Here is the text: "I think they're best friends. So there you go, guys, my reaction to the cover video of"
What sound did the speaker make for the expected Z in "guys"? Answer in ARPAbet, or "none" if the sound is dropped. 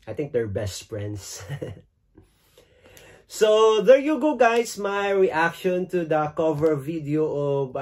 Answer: S